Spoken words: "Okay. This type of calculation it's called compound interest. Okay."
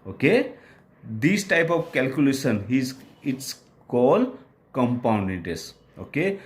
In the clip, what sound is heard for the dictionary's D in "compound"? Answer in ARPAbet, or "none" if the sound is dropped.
D